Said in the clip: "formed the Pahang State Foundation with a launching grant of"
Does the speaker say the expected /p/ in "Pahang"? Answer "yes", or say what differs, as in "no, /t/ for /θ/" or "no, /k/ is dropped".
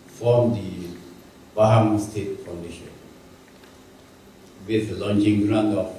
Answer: no, /b/ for /p/